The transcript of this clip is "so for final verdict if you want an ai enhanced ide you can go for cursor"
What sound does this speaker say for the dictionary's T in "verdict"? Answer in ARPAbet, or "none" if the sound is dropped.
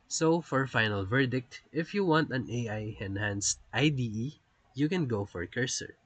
T